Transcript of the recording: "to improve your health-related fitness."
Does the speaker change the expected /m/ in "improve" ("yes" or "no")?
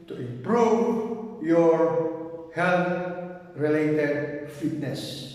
yes